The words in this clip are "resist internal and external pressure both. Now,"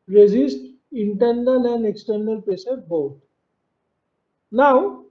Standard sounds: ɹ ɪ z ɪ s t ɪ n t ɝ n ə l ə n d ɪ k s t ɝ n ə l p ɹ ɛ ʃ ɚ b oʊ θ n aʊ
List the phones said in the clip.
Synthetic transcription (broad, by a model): ɹ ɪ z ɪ s t ɪ n t ɝ n ə l ə n d ɪ k s t ɝ n ə l p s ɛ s b oʊ t n aʊ